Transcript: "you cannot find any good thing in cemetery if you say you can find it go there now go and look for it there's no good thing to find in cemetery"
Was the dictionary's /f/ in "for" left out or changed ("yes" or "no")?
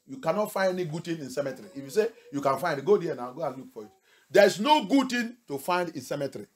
yes